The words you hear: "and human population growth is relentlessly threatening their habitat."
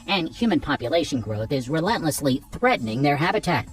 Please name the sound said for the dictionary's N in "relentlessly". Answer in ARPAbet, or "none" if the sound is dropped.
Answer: N